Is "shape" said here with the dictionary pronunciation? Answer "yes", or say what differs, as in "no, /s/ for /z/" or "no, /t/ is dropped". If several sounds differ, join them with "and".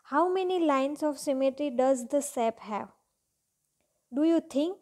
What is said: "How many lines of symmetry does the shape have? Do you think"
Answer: no, /s/ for /ʃ/